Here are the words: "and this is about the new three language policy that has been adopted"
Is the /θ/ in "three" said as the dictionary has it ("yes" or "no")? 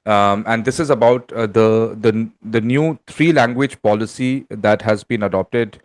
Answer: no